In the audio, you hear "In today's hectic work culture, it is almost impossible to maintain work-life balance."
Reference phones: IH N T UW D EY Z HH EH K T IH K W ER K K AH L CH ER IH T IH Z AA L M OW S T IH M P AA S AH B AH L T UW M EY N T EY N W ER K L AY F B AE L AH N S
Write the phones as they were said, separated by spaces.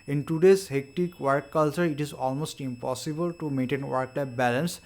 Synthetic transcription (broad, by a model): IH N T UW D EY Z HH EH K T IH K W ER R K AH L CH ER IH T IH Z AA L M OW S T IH M P AA S AH B AH L T UW M EY N T EY N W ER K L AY P B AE L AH N S